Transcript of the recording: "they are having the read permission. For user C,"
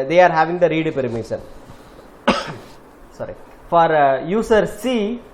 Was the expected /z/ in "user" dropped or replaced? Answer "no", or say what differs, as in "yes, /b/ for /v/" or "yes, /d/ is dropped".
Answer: yes, /s/ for /z/